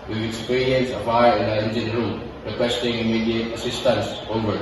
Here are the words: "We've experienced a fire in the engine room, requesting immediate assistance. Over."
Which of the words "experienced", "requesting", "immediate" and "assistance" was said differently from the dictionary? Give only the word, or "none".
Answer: experienced